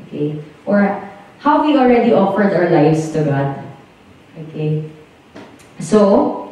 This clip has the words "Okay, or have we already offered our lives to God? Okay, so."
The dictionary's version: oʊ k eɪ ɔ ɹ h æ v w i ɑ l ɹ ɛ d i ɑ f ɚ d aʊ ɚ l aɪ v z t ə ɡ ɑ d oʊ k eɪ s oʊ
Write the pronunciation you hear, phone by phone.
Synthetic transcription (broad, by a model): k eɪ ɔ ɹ h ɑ w w i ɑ l ɹ ɛ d i ɑ f ɚ d aʊ ɚ l aɪ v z t ə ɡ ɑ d oʊ k eɪ s oʊ